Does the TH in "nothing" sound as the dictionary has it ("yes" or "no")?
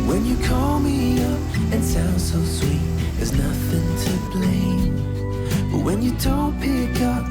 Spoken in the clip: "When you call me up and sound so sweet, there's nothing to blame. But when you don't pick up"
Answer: yes